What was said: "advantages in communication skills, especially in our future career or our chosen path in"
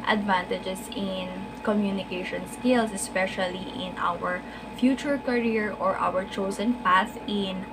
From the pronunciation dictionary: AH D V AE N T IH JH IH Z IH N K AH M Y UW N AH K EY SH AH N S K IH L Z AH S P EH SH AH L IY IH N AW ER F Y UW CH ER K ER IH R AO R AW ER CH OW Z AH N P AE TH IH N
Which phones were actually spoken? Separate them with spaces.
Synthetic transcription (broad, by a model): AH D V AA N T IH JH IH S IH N K AH M Y UW N AH K EY SH AH N S K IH L S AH S P EH SH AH L IY IH N AW ER F Y UW CH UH K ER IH R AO R AW ER CH OW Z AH N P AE S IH N